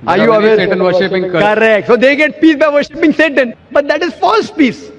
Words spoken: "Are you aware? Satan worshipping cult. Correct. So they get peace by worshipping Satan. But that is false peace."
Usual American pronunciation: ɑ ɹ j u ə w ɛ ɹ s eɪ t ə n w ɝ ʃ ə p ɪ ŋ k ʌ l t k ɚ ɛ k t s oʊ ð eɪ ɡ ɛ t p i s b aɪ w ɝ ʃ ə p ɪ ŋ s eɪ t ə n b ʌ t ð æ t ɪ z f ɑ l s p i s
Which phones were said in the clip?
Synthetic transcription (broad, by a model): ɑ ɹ j u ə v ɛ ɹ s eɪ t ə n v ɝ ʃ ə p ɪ ŋ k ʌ t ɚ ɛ k t s oʊ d eɪ ɡ ɛ t p i s b aɪ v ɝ ʃ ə p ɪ ŋ s eɪ t ə n b ʌ t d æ t ɪ z f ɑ l s p i s